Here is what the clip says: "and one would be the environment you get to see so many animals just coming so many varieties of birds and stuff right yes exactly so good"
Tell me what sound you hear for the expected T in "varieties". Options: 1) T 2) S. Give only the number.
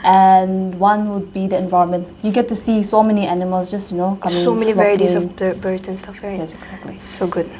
2